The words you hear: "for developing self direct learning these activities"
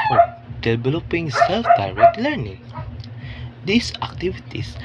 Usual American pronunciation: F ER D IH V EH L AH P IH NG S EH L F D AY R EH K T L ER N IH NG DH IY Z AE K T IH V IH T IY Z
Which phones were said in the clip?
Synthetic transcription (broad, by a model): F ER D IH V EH L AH P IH NG S EH L F D AY R EH K T L ER N IH NG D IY S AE K T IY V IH T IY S